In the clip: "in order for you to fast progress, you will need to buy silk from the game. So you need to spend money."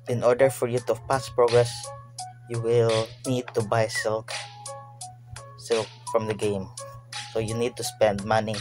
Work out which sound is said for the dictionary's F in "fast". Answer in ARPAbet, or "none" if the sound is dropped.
P